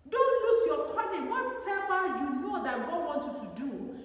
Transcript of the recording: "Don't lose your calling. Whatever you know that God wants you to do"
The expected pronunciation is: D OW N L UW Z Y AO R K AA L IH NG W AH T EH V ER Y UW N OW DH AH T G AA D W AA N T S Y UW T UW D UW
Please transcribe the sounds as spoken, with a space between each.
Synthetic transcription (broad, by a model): D OW N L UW S Y AO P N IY N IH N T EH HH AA Y UW N OW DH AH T G AA D W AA N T Y UW T UW D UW